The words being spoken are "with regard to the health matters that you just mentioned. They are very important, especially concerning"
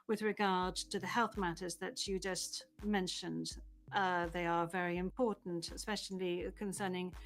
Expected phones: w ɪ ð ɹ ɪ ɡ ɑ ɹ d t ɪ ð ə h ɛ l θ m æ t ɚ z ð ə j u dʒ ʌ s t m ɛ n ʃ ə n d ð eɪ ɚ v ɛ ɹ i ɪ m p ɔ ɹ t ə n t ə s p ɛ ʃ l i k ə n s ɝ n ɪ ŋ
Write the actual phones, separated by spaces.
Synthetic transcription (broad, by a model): w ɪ ð ɹ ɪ ɡ ɑ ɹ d t ɪ ð ə h ɛ l θ m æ t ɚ z ð ə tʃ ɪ dʒ ʌ s t m ɛ n ʃ ə n d ð eɪ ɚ v ɛ ɹ i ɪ m p ɔ ɹ t n t ə s p ɛ ʃ l i k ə n s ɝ n ɪ ŋ